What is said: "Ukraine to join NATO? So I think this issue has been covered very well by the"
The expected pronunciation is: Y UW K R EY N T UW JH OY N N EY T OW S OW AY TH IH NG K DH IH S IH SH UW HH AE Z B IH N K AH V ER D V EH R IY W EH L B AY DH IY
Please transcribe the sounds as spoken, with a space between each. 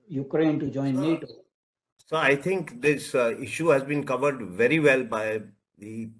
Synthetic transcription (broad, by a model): Y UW K R EY N T UW JH OY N N EY T OW S OW AY T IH NG K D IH S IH SH UW HH AE Z B IH N K AH V ER D V EH R IY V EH L B AY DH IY